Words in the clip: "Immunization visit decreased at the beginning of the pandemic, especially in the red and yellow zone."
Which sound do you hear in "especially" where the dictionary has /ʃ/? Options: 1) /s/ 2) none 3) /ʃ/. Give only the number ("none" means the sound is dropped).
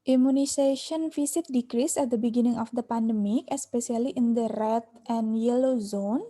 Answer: 1